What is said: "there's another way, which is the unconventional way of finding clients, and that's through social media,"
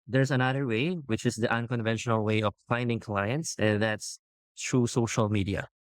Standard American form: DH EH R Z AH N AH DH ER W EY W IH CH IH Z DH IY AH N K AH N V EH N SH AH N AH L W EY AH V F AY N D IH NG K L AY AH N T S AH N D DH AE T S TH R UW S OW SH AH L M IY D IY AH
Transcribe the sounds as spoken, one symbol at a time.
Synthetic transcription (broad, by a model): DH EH R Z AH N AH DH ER W EY W IH CH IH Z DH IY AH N K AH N V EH N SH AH N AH L W EY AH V F AY N D IH NG K L AY AH N T S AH N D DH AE T S T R UW S OW SH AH L M IY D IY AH